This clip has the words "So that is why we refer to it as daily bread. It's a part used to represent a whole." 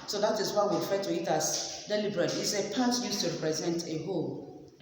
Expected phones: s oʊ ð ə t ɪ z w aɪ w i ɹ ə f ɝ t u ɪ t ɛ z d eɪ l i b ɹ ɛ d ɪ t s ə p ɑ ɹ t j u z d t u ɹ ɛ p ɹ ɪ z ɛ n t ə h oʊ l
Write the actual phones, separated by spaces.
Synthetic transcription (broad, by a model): s oʊ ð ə t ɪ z w aɪ w i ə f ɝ t u ɪ t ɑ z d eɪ l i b ɹ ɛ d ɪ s ə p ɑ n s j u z t u ɹ ɛ p ɹ ɪ z ɛ n t ə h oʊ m